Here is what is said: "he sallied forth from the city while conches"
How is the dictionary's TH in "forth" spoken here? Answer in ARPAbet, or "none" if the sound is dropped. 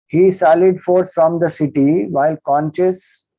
S